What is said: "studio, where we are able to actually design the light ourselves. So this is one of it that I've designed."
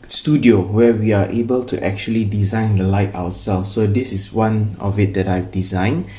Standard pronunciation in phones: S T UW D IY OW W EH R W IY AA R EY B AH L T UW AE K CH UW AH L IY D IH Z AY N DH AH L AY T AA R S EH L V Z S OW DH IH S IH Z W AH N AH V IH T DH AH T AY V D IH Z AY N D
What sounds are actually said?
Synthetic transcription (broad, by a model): S T UW D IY OW W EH W IY AA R EY B AH L T UW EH K CH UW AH L IY D IH Z AY N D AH L AY T AA W S EH L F S OW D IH S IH S W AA N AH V IH T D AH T AY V D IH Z AY N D